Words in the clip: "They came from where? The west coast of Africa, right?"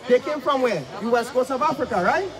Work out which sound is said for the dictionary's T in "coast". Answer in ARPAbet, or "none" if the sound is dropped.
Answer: none